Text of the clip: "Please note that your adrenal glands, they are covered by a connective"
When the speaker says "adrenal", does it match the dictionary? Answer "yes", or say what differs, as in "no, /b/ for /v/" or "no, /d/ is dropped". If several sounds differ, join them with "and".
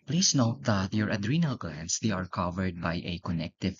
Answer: yes